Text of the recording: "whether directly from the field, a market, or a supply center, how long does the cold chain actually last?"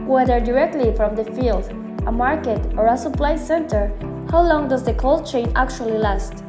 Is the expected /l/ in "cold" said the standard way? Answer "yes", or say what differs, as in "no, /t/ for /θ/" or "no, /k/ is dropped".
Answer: yes